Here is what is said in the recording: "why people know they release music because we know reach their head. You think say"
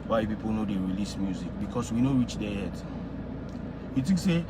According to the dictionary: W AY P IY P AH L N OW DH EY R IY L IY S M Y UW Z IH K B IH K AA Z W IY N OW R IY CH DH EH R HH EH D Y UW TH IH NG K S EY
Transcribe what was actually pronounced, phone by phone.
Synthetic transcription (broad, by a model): W AY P IY P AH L N OW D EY R IY L IY S M Y UW Z IH K B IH K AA S W IY N OW R IY CH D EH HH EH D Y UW T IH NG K S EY